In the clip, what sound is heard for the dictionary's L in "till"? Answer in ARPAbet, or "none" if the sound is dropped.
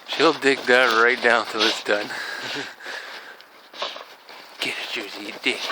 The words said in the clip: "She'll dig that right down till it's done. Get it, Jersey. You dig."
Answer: W